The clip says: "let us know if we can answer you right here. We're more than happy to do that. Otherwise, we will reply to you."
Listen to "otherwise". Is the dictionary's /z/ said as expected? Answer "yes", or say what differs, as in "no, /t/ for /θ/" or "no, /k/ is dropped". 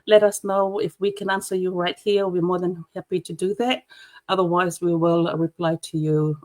yes